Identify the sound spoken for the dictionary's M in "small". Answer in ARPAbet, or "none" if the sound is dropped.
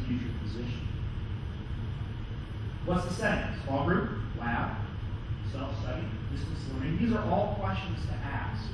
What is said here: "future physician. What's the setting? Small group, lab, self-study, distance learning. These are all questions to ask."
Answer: none